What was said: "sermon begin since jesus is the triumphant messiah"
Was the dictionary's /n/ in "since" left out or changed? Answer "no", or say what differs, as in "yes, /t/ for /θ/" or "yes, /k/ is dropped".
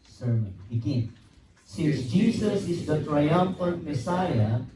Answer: yes, /n/ is dropped